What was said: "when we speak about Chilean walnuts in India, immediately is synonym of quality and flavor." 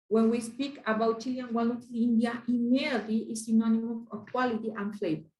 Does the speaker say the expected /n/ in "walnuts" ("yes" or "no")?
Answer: no